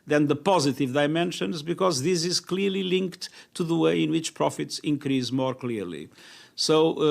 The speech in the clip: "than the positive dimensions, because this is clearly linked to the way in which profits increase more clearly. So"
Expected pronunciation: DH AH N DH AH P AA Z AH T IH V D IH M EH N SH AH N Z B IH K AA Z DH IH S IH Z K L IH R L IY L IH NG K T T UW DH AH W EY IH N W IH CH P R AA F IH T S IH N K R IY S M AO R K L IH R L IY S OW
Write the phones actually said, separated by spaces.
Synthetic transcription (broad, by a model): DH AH N DH AH P AA Z AH T IH V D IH M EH N SH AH N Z B IH K AA Z DH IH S IH Z K L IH R L IY L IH NG K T T UW DH AH W EY IH N W IH CH P R AA F IH T S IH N K R IY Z M AO R K L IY R L IY S OW